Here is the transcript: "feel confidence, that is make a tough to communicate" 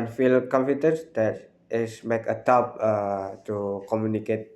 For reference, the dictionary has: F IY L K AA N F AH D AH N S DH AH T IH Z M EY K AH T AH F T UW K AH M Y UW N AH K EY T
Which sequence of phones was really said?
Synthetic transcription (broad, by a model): F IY L K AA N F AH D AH N S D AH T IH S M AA K AH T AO P T UW K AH M Y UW N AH K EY T